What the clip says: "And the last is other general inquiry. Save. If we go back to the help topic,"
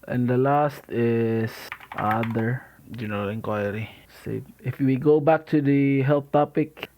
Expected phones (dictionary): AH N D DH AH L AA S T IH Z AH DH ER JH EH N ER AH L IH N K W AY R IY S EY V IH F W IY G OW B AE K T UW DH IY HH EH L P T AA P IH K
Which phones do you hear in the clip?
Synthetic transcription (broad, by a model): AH N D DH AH L AA S T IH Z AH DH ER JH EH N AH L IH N K W AY R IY S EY IH F W IY G OW B AE K T UW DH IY HH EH L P T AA P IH K